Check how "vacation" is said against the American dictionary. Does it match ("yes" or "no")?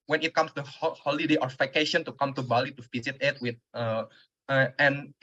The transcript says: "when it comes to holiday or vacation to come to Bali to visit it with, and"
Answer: no